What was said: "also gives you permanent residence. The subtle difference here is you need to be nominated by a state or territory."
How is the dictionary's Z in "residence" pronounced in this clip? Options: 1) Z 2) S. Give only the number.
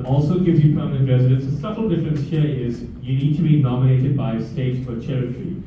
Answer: 1